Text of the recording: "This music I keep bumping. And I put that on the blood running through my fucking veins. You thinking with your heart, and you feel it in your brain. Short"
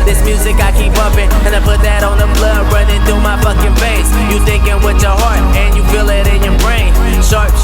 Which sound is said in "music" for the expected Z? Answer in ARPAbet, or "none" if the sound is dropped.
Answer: Z